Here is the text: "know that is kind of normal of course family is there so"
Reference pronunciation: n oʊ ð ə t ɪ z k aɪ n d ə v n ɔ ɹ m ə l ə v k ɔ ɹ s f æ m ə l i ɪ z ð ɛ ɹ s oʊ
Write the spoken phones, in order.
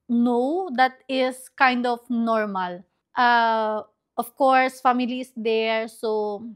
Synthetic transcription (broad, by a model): n oʊ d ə t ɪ s k aɪ n d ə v n ɔ ɹ m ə l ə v k ɔ ɹ s f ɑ m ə l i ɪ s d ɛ ɹ s oʊ